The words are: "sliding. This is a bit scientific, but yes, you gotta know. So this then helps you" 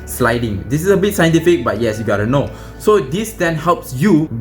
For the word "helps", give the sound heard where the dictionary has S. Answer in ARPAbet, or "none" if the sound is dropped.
S